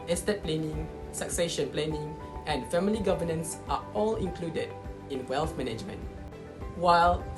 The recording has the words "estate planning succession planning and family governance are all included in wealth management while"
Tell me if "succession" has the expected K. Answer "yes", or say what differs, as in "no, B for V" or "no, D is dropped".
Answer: yes